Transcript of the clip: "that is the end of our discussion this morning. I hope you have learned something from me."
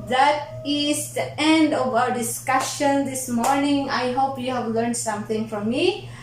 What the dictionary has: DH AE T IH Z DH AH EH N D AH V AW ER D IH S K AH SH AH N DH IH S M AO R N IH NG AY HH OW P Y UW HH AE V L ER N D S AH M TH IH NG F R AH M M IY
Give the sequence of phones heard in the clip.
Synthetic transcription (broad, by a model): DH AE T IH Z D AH EH N D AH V AW ER D IH S K AH SH AH N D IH S M AO R N IH NG AY HH OW P Y UW HH AE V L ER N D S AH M T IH NG F R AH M M IY